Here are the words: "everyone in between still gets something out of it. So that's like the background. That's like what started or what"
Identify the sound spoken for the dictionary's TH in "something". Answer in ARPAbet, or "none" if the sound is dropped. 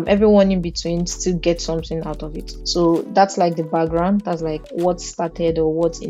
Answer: TH